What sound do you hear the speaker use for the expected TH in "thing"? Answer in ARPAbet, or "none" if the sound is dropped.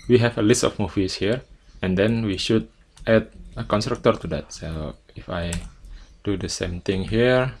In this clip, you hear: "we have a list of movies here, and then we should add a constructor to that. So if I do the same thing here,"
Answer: T